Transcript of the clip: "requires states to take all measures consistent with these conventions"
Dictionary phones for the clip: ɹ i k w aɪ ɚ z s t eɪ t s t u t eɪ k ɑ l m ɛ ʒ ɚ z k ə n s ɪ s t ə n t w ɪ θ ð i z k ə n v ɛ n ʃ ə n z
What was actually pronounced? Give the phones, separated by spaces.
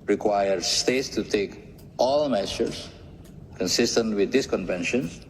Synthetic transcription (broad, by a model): ɹ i k w aɪ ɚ s t eɪ t s t u t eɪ k ɑ l m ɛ ʃ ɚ s k ə n s ɪ s t ə n t w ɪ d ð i s k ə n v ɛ n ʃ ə n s